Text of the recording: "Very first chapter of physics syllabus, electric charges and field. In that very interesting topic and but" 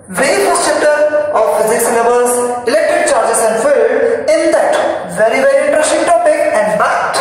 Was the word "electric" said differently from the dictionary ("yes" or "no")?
yes